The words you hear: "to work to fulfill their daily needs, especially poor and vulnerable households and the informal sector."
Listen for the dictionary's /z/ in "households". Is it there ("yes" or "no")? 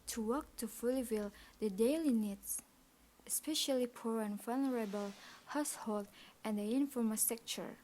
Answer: no